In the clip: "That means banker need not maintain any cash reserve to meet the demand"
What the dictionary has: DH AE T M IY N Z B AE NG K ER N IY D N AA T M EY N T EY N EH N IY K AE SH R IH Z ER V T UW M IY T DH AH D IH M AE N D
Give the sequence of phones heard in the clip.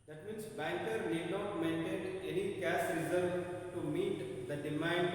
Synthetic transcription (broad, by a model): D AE T M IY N S B AE NG K ER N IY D N AA T M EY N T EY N EH N IY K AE S R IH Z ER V T UW M IY T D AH D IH M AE N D